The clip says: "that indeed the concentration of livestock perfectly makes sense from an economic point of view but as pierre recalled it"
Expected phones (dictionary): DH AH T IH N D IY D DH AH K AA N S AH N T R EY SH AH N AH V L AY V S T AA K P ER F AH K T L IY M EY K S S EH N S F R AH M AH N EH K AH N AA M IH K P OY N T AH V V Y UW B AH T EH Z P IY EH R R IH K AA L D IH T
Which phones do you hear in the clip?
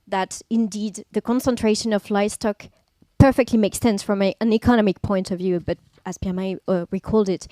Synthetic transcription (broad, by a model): DH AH T IH N D IY D DH AH K AA N S AH N T R EY SH AH N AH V L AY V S T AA K P ER F AH K T L IY M EY K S S EH N S F R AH M AH N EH K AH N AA M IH K P OY N T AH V V Y UW B AH T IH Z P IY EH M R IH K AA L D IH T